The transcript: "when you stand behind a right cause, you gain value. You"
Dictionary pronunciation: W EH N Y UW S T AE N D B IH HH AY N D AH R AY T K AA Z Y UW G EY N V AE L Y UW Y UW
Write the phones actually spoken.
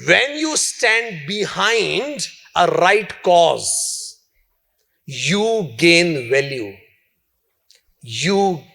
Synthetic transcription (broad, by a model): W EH N Y UW S T AE N D B IH HH AY N D AH R AY T K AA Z Y UW G EY N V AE L Y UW Y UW